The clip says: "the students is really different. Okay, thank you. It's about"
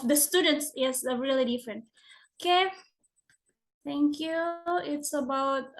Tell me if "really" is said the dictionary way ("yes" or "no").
yes